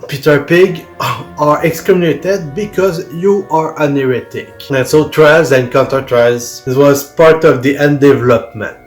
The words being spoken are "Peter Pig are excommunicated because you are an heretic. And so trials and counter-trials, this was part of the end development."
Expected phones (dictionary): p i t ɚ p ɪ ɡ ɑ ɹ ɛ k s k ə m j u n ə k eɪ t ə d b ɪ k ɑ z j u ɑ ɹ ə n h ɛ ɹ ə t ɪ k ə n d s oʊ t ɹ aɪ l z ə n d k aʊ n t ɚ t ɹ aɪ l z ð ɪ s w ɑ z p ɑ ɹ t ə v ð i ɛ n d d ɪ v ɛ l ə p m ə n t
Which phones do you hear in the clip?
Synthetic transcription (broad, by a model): p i t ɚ p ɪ ɡ ɑ ɹ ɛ k s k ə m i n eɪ t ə d b ɪ k ɑ z j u ɑ ɹ ə n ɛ ɹ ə t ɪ k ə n s oʊ t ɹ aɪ z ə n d k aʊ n t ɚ t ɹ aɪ z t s w ɑ z p ɑ ɹ t ə v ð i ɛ n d d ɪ v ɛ l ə p m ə n t